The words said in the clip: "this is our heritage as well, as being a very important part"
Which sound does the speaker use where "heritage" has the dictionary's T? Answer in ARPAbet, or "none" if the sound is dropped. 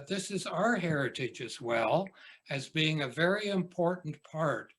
T